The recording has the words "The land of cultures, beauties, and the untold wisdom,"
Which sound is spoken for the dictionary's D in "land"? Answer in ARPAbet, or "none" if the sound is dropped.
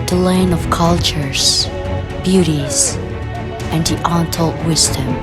none